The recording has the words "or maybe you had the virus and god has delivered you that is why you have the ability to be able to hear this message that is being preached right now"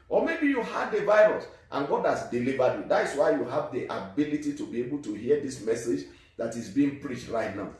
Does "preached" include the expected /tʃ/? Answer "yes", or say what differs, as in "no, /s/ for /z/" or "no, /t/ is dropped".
yes